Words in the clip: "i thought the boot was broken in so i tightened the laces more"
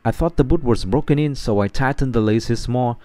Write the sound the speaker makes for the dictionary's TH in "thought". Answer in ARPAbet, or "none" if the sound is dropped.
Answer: TH